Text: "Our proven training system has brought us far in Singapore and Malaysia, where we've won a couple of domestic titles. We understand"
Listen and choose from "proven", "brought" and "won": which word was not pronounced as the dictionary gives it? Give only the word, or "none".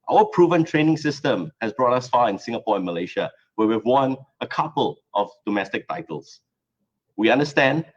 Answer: none